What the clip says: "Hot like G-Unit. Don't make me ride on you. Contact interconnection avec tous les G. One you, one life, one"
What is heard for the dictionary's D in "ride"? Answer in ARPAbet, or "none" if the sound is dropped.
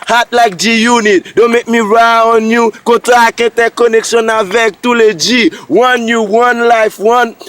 none